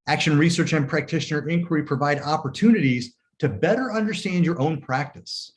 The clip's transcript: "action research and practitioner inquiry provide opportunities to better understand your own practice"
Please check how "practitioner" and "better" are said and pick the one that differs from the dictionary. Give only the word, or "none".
none